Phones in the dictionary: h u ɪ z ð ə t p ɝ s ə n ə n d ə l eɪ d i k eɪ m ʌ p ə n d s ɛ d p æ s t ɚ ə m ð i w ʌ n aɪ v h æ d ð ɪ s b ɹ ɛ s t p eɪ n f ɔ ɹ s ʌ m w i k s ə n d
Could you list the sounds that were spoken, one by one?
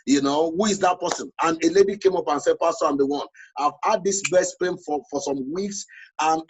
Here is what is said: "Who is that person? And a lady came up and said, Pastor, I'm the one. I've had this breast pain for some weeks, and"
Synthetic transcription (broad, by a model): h u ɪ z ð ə t p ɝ s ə n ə n ə l eɪ d i k eɪ m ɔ p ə n s ɛ d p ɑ s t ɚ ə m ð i w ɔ n aɪ v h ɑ d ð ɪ s b ɛ s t p eɪ n f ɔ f s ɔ m w i k s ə n